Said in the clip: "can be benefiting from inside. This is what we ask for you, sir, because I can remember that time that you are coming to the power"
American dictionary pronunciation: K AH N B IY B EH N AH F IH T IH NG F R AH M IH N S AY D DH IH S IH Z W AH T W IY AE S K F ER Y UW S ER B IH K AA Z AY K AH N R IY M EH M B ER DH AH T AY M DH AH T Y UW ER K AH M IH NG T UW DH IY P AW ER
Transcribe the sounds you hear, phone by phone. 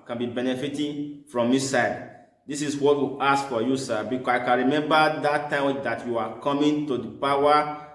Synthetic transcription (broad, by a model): K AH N B IY B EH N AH F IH T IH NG F R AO M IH S AY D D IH S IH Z W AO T W IY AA S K F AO Y UW S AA B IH K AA S AY K AH N R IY M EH M B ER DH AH T AY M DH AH T Y UW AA K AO M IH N T UW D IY P AW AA